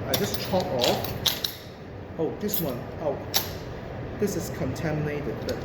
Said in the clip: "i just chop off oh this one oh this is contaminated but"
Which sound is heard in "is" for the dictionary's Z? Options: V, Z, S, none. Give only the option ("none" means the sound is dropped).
S